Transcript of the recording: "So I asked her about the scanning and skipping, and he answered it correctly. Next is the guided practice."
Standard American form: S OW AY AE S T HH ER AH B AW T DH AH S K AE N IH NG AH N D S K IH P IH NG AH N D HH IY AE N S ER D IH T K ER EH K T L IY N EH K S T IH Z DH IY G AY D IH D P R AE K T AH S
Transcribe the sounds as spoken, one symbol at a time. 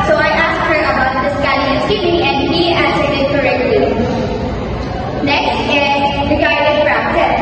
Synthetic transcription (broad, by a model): S OW AY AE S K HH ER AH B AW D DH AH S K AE L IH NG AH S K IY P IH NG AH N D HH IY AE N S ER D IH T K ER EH K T L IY N EH K S T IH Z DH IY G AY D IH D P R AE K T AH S